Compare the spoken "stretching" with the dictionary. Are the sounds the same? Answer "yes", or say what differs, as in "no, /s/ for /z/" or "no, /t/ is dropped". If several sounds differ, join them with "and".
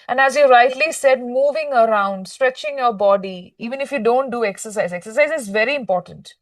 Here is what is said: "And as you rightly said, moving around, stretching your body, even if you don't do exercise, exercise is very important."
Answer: yes